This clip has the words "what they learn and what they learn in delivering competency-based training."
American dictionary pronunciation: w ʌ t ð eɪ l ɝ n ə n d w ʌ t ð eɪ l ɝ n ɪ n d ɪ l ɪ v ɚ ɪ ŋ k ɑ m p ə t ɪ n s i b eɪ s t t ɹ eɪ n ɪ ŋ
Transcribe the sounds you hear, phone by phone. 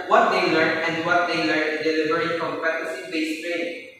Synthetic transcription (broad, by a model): w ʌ t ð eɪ l ɝ n ə n d w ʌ t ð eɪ l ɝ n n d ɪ l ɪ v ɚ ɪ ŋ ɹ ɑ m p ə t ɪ s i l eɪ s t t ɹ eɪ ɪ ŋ